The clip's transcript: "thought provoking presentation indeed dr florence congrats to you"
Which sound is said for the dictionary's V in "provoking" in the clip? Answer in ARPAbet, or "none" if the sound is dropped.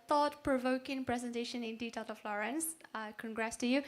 V